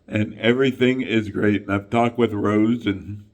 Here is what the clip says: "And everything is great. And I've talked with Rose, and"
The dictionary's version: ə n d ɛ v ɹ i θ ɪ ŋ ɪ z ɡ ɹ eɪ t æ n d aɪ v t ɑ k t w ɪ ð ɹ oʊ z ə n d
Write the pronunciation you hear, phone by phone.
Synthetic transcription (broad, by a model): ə n ɛ v ɹ i θ ɪ ŋ ɪ z ɡ ɹ eɪ t n aɪ v t ɑ k t w ɪ ð ɹ oʊ z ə n